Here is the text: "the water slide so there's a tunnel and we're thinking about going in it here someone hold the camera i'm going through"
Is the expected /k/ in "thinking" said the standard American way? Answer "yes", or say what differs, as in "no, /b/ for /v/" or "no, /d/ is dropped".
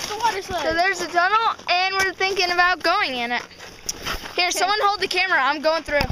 yes